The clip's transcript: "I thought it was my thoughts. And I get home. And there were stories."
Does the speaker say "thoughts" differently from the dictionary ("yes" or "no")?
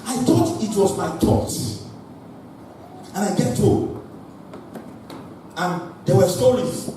yes